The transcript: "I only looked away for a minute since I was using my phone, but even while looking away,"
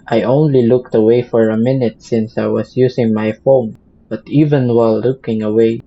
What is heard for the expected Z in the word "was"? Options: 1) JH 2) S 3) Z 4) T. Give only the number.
2